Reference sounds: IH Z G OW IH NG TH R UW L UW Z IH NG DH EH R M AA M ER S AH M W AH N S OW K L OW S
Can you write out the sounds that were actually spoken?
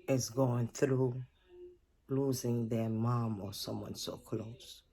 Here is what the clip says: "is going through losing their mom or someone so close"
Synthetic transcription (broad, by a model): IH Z G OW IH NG TH R UW L UW Z IH NG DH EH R M AA M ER S AH M W AH N S OW K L OW S